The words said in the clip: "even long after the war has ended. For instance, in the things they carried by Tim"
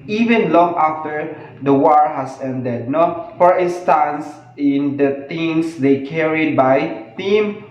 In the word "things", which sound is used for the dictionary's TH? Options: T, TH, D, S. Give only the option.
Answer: T